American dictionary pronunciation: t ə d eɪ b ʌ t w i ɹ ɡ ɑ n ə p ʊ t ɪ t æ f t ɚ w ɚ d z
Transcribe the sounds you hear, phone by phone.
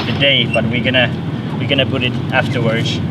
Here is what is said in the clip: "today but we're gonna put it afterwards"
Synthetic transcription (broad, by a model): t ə d eɪ b ʌ t w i w ɡ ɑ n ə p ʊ t ɪ t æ f t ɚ w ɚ d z